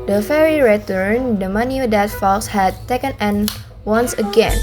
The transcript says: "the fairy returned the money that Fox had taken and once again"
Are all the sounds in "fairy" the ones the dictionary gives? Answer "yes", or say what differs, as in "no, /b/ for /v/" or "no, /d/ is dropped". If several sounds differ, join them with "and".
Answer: yes